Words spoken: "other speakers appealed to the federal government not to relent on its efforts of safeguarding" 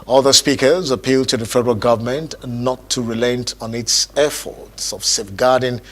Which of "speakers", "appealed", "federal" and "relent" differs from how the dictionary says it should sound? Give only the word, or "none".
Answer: none